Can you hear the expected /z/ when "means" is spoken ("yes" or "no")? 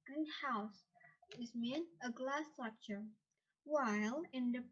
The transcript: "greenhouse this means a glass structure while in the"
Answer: no